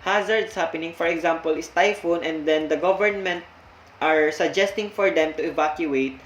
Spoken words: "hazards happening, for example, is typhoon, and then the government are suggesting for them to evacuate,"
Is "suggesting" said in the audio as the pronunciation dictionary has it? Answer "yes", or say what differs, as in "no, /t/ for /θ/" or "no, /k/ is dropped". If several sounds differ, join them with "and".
yes